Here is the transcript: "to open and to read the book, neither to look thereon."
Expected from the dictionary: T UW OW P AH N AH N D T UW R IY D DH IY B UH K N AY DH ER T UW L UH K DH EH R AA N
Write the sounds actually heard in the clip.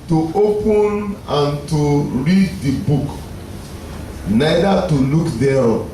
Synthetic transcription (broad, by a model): T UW OW P AH N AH N T UW R IY D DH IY B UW K N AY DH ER T UW L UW K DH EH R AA